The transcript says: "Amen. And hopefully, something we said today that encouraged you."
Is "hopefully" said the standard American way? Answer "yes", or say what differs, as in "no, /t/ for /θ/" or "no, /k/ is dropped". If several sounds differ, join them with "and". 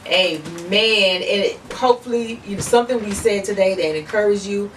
no, /n/ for /l/